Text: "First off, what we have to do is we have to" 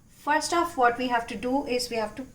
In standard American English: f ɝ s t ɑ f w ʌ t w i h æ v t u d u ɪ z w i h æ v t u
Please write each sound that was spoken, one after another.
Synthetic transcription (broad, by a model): f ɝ s t ɑ f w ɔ t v i h æ v t u d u ɪ z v i h æ v t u